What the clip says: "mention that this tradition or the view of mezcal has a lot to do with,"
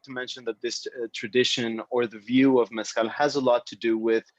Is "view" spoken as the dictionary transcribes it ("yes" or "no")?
yes